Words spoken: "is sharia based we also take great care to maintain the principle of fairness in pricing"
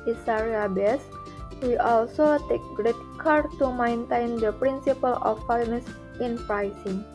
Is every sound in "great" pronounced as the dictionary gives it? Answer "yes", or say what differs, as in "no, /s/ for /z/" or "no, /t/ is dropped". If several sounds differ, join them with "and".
yes